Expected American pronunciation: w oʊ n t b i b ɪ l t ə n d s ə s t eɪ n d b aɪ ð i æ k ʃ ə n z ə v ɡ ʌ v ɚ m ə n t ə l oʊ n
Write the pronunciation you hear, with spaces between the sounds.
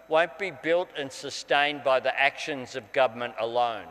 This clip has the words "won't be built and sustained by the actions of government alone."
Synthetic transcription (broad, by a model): w oʊ n b i b ɪ l t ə n s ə s t eɪ n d b aɪ ð i æ k ʃ ə n z ə v ɡ ʌ v ɚ m ə n t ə l oʊ n